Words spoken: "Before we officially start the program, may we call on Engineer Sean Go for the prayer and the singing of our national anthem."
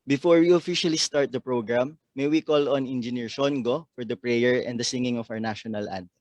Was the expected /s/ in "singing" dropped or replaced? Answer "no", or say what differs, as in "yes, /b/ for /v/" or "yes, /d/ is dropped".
no